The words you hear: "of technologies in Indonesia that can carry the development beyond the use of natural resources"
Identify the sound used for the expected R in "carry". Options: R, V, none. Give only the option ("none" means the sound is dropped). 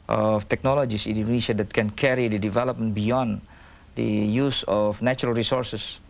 R